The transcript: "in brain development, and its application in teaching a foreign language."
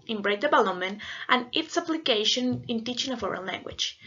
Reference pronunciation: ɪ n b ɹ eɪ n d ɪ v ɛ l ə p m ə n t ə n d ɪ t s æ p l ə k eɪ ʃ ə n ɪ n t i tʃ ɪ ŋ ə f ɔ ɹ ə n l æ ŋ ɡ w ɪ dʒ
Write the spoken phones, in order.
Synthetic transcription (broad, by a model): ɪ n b ɹ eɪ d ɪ b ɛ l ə m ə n t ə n ɪ t s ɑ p l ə k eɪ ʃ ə n ɪ n t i tʃ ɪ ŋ ə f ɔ ɹ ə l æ ŋ ɡ w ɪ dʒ